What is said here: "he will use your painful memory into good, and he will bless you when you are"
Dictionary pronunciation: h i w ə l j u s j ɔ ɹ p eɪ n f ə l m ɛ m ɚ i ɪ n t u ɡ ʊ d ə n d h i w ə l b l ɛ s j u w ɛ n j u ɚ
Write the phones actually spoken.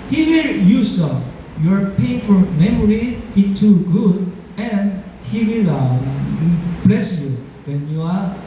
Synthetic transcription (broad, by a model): h i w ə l j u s j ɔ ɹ p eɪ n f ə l m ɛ m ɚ i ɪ t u ɡ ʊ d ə n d h i w ə l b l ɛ s j u w ɛ n j u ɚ